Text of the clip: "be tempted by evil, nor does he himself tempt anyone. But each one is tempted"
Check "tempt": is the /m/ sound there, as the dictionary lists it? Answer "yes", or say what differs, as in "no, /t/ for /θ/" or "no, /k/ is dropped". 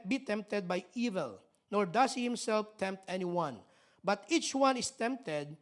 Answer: yes